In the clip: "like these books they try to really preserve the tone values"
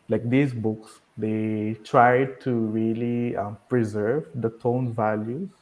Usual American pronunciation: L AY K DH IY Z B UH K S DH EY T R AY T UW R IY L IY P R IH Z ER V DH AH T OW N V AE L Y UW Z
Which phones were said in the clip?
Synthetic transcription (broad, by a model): L AY K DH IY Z B UH K S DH EY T R AY T UW R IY L IY P R IH Z ER V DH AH T OW N V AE L Y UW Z